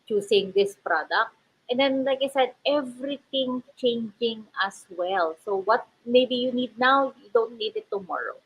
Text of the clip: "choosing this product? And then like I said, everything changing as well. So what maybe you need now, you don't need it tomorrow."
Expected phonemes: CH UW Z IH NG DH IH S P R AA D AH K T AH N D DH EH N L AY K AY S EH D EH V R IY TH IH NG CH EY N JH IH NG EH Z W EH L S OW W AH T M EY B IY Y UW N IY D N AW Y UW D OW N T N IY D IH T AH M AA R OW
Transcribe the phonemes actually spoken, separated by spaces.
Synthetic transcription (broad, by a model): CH UW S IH NG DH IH S P R AA D AH K T AH N D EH N L AY K AY S EH D EH V R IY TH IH NG CH EY N JH IH NG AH S W EH L S OW W AH T M EY B IY Y UW N IY D N AW Y UW D OW N T N IY D IH T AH M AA R OW